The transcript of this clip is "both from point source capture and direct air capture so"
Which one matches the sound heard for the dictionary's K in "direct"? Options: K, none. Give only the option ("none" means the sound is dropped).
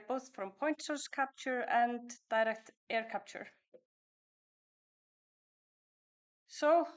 K